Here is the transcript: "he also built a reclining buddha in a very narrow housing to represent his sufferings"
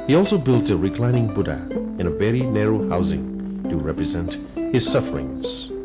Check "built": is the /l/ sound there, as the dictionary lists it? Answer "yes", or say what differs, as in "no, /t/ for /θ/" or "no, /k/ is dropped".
yes